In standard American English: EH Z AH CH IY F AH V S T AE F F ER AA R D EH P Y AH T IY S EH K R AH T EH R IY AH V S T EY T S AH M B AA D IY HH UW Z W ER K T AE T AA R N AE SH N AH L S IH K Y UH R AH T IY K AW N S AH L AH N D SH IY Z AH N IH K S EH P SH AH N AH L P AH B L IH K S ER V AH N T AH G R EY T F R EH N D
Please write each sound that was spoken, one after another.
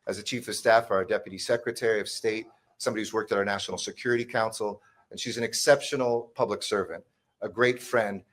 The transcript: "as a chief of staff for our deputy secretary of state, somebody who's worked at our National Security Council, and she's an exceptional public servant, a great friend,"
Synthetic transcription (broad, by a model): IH Z AH CH IY F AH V S T AE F F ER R D EH P Y AH T IY S EH K R AH T EH R IY AH V S T EY T S AH M B AA D IY Z W ER K T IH T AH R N AE SH N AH L S IH K Y UH R AH T IY K AW N S L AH N SH IY Z AH N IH K S EH P SH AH N L P AH B L IH K S ER V AH N T AH G R EY T F R EH N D